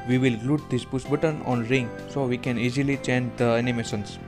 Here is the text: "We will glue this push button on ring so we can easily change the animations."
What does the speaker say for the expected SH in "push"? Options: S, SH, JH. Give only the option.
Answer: S